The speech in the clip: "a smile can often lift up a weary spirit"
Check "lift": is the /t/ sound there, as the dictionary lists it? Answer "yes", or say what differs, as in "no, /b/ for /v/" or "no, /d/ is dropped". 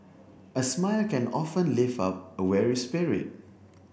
no, /t/ is dropped